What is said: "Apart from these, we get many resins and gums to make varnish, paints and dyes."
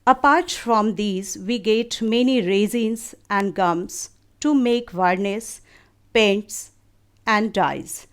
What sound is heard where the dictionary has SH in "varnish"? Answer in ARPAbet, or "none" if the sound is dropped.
S